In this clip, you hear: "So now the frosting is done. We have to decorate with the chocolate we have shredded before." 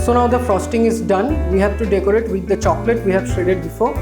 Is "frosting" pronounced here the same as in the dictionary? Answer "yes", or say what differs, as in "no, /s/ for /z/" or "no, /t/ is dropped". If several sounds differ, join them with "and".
yes